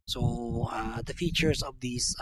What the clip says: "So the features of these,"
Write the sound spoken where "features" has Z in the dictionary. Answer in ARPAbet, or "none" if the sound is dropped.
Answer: S